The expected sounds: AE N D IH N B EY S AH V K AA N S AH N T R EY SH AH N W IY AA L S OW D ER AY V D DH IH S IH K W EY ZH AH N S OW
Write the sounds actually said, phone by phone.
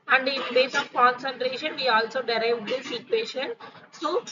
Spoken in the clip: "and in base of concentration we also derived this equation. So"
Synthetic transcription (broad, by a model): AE N D IH N B EY S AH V K AA N S AH N T R EY SH AH N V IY AA L S OW D ER AY V D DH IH S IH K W EY SH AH N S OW